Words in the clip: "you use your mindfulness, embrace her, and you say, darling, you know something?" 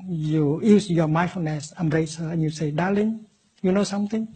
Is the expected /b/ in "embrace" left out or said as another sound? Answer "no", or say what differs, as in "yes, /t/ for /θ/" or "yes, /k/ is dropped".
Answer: yes, /b/ is dropped